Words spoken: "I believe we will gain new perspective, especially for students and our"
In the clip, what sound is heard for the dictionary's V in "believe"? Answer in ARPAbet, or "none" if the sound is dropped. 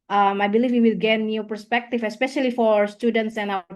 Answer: F